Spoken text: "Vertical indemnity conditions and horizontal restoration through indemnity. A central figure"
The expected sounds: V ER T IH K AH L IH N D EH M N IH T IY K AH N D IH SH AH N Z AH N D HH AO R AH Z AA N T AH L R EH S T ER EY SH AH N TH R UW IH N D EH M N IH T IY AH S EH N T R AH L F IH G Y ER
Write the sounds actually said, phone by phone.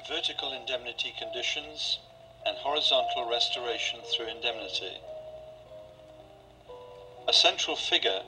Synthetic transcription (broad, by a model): V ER T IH K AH L IH N D EH M N IH T IY K AH N D IH SH AH N Z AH N HH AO R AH Z AA N T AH L R EH S T ER EY SH AH N TH R UW IH N D EH M N IH T IY AH S EH N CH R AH L F IH G Y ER